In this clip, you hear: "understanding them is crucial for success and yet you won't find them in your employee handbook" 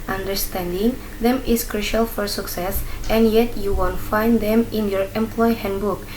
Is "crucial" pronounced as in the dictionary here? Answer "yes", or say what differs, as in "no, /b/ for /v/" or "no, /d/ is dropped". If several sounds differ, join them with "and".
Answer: yes